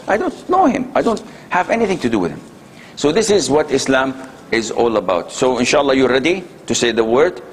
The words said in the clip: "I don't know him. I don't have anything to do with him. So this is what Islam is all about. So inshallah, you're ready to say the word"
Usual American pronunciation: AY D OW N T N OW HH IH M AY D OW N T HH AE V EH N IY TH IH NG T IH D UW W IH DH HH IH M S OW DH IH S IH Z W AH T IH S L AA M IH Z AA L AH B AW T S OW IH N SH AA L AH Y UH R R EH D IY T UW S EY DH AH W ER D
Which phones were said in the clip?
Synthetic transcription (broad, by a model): AY D OW N T N OW HH IH M AY D OW N T HH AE V EH N IY TH IH NG T IH D UW W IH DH HH IH M S OW DH IH S IH Z W AH T IH S L AA M IH Z AA L AH B AW T S OW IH N SH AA L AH Y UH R R EH D IY T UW S EY DH AH W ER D